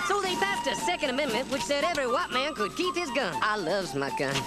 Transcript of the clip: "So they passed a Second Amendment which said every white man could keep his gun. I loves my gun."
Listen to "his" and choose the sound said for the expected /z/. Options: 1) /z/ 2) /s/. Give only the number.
1